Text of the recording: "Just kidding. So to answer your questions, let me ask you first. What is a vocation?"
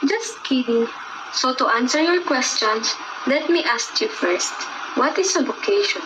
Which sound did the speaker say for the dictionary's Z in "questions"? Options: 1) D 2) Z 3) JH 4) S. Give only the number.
4